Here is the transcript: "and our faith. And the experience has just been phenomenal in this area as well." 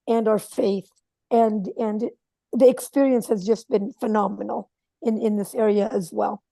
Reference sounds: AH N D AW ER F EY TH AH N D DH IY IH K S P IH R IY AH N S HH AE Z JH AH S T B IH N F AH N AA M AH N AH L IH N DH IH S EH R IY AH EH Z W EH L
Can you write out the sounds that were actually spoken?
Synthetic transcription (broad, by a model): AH N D AW ER F EY TH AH N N DH IY IH K S P IH R IY AH N S HH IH Z JH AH S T B IH N F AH N AA M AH N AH N IH N DH IH S EH R IY AH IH Z W EH L